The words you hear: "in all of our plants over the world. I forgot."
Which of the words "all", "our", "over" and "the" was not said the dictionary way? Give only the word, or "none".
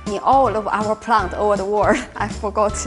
none